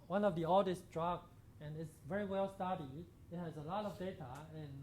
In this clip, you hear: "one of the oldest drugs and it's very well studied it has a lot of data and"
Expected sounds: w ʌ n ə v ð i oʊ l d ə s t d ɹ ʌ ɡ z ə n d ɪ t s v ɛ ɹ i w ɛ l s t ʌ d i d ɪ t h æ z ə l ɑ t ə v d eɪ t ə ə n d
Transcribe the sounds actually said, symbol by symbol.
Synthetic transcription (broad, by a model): w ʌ n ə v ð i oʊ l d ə s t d ɹ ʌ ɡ ə n ɪ t s v ɛ ɹ i w ɛ l s t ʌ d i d ɪ t h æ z ə l ɑ t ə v d eɪ t ə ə n